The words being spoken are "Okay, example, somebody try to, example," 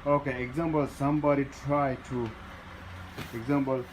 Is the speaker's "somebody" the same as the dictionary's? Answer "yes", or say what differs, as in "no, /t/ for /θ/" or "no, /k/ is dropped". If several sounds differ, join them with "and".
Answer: yes